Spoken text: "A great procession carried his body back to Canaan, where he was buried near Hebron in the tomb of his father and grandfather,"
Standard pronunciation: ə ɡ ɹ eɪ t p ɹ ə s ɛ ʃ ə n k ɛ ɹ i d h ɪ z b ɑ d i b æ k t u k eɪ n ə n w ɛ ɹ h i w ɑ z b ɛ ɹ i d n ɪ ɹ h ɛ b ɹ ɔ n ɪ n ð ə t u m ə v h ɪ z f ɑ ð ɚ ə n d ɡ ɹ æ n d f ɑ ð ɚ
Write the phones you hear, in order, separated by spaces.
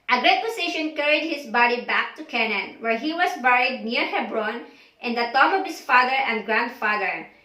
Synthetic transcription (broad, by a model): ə ɡ ɹ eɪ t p ə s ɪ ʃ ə n k ɛ ɹ i d h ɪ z b ɑ d i b æ k t u k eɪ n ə n w ɛ ɹ h i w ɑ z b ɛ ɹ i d n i ɹ h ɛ b ɹ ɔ n ɪ n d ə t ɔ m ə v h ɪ s f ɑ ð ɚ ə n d ɡ ɹ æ n d f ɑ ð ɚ